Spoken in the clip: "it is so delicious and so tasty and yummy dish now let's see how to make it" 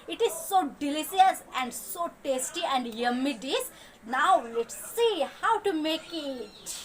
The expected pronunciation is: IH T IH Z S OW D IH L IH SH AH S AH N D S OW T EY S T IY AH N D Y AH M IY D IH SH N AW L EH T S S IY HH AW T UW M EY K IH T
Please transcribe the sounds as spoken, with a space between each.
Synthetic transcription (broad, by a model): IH T IH Z S OW D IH L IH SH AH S AH N D S OW T EY S T IY AH N D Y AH M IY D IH S N AW L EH T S S IY HH AW T UW M EY K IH T